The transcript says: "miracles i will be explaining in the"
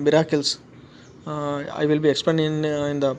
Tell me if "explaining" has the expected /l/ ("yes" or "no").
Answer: no